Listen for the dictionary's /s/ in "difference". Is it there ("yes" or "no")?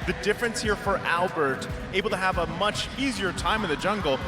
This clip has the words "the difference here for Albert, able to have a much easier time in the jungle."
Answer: yes